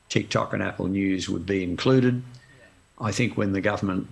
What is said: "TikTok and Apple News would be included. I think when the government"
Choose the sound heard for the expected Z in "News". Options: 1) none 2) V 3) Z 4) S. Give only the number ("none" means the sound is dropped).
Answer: 3